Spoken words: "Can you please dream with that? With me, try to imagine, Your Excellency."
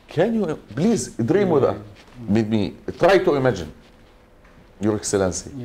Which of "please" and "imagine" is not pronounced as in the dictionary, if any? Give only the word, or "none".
please